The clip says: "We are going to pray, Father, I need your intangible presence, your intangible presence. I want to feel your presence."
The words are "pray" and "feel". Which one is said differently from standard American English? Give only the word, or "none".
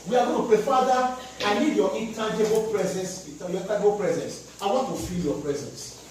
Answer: none